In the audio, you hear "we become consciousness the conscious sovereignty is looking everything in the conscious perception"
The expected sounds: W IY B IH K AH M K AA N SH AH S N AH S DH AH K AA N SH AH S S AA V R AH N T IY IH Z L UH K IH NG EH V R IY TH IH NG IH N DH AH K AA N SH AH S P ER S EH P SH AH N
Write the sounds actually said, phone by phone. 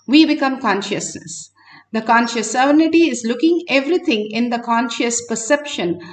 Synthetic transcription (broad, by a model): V IY B IH K AH M K AA N SH AH S N AH S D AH K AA N SH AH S S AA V AH N T IY IH Z L UH K IH NG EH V R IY T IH NG IH N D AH K AA N SH AH S P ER S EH P SH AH N